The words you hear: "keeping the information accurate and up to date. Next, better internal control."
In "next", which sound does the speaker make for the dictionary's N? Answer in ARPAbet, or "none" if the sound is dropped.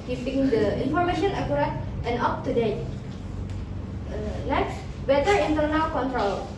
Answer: L